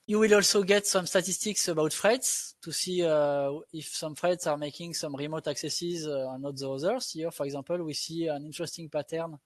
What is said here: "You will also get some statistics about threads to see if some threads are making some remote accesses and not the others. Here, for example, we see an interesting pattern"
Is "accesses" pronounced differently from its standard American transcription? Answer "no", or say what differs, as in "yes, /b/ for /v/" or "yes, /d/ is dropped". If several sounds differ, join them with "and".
no